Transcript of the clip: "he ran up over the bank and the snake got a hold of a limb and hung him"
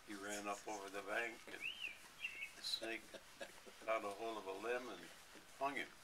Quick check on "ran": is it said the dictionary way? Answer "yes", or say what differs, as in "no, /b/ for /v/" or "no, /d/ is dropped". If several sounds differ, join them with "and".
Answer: yes